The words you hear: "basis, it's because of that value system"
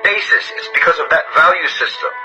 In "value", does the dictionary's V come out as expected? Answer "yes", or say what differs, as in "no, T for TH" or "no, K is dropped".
yes